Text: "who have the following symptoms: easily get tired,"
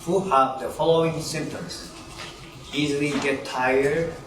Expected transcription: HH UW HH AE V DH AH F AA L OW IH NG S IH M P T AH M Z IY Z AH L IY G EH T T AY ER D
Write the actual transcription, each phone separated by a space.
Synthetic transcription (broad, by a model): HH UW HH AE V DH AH F AA L OW IH NG S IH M T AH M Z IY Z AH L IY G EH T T AY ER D